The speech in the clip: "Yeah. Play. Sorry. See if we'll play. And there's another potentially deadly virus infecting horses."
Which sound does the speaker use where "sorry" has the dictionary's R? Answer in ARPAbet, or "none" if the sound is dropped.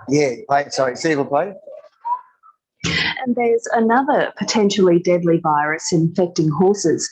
none